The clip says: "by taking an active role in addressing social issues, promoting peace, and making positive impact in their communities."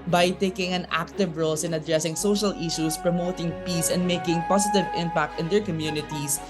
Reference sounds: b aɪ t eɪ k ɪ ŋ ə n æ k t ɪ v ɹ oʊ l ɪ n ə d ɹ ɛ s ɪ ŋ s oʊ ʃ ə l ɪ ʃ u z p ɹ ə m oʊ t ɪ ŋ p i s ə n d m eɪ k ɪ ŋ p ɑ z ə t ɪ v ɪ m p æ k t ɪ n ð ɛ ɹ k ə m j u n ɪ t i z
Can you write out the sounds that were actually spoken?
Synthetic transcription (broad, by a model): b aɪ t eɪ k ɪ ŋ ə n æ k t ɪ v ɹ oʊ l ɪ n ə d ɹ ɛ s ɪ ŋ s oʊ ʃ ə l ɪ ʃ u s p ɹ ə m oʊ t ɪ ŋ p i s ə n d m eɪ k ɪ ŋ p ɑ s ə t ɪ v ɪ m p æ k t ɪ n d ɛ ɹ k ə m j u n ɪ t i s